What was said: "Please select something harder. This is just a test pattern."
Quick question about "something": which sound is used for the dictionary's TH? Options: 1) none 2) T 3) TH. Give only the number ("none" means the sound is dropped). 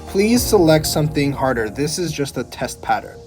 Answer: 3